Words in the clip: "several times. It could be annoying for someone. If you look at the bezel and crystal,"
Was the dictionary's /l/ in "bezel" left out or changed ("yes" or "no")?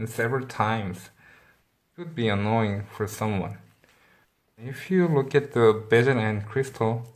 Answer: yes